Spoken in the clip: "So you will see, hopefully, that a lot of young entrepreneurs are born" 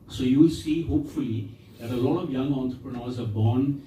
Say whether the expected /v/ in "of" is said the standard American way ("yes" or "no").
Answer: yes